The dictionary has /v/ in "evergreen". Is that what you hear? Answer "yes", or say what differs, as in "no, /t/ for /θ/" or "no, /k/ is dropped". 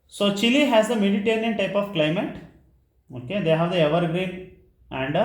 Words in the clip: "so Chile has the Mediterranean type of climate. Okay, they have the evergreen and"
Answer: yes